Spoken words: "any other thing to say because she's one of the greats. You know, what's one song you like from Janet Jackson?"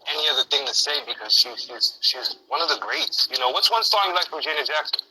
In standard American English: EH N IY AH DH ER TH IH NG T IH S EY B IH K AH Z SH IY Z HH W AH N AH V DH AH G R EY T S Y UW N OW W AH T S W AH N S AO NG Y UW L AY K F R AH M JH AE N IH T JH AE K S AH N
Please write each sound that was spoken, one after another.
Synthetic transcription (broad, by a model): EH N IY AH DH ER TH IH NG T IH S EY B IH K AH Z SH IY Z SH W AH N AH V DH AH G R EY T S Y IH N OW W AH T S W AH N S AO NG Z L AY K F R AH M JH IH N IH JH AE K S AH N